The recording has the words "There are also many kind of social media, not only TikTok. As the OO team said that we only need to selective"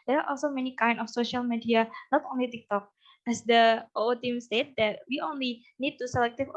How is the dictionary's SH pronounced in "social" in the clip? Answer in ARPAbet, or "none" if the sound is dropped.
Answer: SH